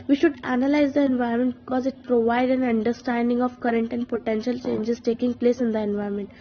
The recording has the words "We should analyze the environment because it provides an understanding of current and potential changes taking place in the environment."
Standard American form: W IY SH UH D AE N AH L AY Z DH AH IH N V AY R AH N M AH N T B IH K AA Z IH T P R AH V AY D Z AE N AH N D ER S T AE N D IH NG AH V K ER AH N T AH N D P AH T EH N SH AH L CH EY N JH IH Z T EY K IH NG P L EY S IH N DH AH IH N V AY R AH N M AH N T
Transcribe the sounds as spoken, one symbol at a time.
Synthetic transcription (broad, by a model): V IY SH UH D AE N AH L AY Z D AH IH N V AY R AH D M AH N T B IH K AA Z IH T P R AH V AY D AE N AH N D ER S T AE N D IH NG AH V K ER AH N T AH N D P AH T EH N SH AH L CH EY N JH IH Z T EY K IH NG P L EY S IH N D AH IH N V AY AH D M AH N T